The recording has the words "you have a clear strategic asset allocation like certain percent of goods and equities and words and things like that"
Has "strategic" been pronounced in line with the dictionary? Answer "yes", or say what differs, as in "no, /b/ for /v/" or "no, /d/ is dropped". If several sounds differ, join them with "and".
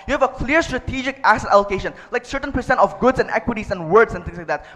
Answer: yes